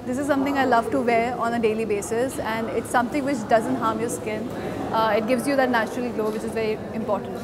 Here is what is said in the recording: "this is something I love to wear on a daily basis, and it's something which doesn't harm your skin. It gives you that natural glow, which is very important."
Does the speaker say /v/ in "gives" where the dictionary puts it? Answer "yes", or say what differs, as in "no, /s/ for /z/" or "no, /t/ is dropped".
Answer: yes